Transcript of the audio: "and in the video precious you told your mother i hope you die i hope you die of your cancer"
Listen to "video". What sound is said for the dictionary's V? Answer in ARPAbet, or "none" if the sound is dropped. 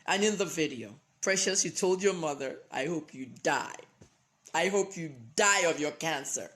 V